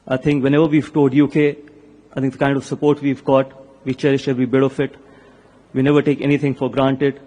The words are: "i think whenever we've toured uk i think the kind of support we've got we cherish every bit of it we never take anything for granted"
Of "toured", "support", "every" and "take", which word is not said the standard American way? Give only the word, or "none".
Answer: toured